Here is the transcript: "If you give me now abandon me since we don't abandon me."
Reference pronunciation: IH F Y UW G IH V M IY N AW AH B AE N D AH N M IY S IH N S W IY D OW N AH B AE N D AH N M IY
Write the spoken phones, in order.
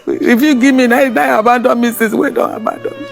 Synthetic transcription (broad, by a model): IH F Y UW G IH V M IY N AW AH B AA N D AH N M IY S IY S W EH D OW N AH B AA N D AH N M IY